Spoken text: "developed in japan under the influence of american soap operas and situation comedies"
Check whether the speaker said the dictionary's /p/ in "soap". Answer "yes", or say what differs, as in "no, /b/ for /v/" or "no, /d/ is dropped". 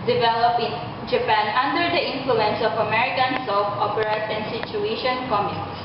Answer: no, /f/ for /p/